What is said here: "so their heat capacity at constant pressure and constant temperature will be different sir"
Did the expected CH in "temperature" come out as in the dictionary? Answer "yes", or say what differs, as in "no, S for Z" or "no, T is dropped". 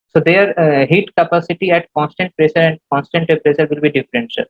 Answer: no, S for CH